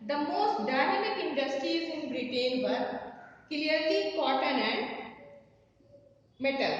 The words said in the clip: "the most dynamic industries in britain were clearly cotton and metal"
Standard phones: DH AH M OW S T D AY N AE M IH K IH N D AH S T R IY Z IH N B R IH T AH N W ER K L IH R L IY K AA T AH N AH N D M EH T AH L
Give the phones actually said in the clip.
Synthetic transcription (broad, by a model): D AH M OW S T D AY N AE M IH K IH N D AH S T R IY IH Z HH R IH T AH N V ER K L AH R L IY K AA T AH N AH N D M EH T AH L